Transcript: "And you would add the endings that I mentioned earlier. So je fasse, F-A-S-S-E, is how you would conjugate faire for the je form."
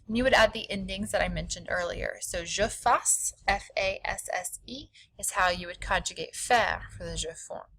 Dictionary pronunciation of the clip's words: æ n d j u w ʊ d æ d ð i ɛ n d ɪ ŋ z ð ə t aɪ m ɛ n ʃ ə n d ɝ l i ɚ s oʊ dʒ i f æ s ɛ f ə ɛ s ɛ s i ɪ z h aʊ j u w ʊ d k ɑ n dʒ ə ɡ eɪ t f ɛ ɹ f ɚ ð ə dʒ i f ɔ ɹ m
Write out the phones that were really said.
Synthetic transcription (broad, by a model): n j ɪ w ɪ d æ d ð i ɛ n d ɪ ŋ z ð ə t aɪ m ɛ n ʃ ə n d ɝ l i ɚ s oʊ ʒ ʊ f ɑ s ɛ f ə ɛ s ɛ s i ɪ z h aʊ j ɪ w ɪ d k ɑ n dʒ ə ɡ eɪ t f ɛ ɹ f ɚ ð ə ʒ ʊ f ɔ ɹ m